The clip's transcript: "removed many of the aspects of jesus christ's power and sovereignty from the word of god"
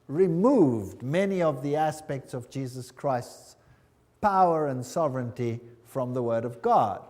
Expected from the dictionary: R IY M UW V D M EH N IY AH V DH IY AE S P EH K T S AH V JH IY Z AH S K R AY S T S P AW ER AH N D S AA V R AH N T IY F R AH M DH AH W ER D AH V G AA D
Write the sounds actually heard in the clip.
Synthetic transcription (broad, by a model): R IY M UW V D M EH N IY AH V DH IY AE S P EH K T S AH V JH IY Z AH S K R AY S T S P AW ER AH N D S AA V R AH N T IY F R AH M DH AH W ER D AH V G AA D